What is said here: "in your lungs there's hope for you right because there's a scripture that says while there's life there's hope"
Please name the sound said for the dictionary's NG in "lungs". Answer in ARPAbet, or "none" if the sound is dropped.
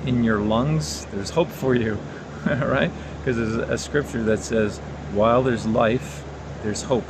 NG